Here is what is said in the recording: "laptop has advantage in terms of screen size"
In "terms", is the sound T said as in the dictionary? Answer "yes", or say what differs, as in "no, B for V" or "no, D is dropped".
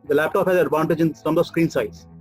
no, S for T